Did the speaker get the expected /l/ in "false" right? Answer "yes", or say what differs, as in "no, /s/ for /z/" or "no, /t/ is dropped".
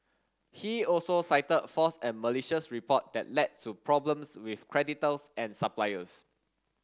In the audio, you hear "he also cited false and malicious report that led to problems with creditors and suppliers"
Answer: no, /l/ is dropped